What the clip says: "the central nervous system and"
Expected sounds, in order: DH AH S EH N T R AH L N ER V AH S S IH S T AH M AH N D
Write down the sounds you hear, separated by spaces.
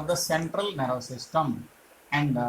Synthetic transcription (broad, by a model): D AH S EH N T R AH L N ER AH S S IH S T AH M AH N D